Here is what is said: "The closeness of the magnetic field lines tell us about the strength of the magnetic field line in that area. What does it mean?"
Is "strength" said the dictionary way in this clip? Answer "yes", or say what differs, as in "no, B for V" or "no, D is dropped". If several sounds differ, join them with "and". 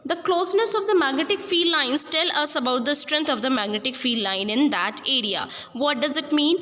no, T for TH